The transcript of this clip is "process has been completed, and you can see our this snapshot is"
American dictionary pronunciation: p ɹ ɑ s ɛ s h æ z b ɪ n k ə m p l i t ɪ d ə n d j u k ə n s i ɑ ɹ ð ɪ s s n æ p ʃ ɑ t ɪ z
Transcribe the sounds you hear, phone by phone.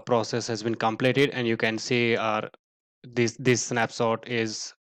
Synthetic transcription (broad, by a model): p ɹ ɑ s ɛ s h æ z b ɪ n k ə m p l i t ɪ d ə n d j u k ə n s i ɑ ɹ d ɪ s s n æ p s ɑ t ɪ z